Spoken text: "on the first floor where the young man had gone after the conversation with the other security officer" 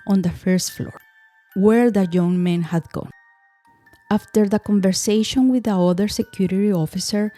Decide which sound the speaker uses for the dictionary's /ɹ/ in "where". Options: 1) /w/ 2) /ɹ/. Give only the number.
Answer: 2